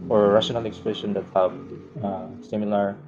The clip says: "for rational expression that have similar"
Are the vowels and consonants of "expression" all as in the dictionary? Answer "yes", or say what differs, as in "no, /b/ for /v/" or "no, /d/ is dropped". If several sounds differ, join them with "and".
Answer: no, /l/ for /ɹ/